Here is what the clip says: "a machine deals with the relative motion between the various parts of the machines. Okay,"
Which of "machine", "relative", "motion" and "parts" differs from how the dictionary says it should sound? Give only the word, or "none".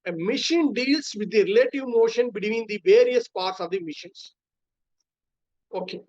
none